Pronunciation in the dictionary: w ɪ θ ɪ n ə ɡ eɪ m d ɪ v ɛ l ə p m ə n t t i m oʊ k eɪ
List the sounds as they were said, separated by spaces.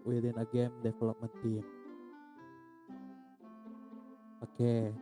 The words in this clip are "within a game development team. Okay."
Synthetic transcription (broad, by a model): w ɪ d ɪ n ə ɡ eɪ m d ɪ f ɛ l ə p m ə n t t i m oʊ k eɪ